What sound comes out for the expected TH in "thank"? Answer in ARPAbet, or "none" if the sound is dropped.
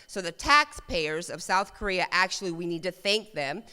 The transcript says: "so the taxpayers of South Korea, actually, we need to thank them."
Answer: TH